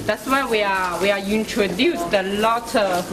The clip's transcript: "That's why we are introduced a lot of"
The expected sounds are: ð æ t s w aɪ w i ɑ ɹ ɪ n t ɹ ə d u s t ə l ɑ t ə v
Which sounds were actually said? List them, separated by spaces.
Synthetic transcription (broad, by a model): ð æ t s w aɪ w i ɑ w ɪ n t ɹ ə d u s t ə l ɑ t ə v